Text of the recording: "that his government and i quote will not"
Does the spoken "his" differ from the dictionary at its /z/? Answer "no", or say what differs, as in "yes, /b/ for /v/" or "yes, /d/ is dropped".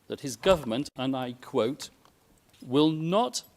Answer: no